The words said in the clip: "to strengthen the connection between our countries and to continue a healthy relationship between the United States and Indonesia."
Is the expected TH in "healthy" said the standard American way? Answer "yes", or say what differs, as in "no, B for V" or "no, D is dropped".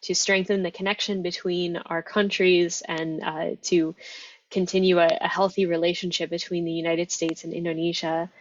yes